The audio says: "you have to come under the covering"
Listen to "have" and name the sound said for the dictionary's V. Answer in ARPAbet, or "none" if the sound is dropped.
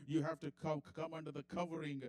F